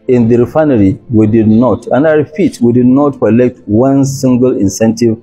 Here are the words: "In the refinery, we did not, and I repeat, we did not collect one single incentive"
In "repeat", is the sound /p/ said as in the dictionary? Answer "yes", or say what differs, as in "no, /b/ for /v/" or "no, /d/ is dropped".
no, /f/ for /p/